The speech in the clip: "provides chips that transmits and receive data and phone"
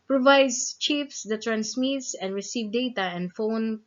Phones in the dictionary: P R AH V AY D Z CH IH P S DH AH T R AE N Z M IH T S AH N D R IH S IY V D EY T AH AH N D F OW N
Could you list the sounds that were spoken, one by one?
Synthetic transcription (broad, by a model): P R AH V AY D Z CH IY F S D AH T R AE N S M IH T S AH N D R IH S IY V D EY T AH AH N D F OW N